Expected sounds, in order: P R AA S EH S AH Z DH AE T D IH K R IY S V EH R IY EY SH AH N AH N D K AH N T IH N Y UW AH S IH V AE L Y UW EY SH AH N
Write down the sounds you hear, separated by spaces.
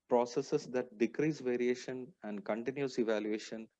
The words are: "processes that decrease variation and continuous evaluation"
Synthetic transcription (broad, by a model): P R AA S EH S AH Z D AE T D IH K R IY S V EH R IY EY SH AH N AH N D K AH N T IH N Y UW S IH V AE L Y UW EY SH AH N